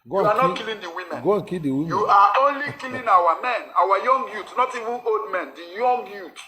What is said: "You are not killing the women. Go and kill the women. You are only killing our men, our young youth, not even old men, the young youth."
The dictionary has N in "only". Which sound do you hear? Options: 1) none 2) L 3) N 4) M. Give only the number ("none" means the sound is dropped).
3